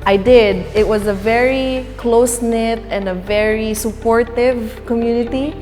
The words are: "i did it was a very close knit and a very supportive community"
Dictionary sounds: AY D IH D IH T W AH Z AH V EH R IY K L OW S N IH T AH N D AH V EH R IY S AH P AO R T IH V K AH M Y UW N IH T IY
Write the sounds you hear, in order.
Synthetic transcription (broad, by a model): AY D IH D IH T W AH Z AH V EH R IY K L OW S N IH T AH N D AH V EH R IY S AH P AO R T IH V K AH M Y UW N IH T IY